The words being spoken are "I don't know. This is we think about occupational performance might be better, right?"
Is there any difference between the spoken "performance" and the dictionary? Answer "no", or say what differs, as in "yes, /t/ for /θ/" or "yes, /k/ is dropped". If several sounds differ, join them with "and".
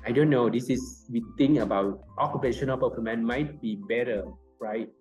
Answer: yes, /s/ is dropped